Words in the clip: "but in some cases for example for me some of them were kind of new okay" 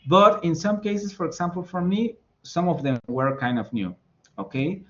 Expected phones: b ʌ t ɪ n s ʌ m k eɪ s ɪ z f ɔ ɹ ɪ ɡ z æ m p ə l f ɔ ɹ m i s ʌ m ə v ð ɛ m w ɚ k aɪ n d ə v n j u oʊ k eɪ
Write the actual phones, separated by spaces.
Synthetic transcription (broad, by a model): b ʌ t ɪ n s ʌ m k eɪ s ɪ s f ɔ ɹ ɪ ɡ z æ m p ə l f ɔ ɹ m i s ʌ m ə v ð ɛ m w ɚ k aɪ n d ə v n j u oʊ k eɪ